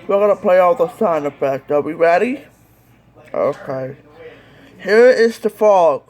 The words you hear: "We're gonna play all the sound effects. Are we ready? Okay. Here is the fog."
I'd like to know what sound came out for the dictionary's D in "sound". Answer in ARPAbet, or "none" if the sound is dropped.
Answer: none